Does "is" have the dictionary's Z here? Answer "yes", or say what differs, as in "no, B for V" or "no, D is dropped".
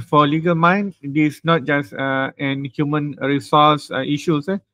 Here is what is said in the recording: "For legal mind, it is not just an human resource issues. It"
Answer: no, S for Z